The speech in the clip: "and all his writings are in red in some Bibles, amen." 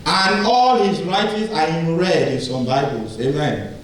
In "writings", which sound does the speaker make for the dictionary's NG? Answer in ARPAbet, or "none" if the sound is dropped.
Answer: none